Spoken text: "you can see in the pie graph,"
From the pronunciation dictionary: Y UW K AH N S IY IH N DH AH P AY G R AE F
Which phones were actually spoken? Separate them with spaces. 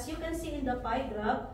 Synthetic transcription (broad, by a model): Y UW K AH N S IY IH N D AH F AY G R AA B